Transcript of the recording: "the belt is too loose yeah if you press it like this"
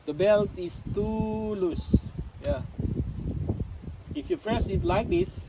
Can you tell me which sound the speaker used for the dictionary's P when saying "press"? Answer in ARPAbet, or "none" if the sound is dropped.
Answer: F